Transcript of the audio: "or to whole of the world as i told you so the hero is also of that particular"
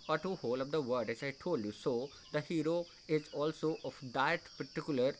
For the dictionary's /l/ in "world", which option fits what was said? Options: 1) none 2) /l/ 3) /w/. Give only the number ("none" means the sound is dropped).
1